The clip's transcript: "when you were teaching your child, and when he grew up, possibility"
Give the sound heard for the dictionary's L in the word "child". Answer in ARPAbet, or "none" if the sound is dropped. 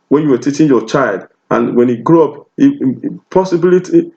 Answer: L